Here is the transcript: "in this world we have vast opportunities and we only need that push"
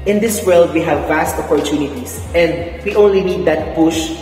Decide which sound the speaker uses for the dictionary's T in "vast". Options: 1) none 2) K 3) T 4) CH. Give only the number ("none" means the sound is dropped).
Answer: 3